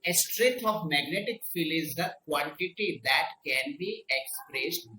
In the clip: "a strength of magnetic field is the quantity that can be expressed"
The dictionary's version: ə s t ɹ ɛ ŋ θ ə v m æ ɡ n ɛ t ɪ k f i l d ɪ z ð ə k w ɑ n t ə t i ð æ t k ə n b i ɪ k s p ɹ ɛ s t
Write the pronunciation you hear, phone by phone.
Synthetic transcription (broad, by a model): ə s t ɹ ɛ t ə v m æ ɡ n ɛ t ɪ k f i l ɪ z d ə k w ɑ n t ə t i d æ t k ə n b i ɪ k s p ɹ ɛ s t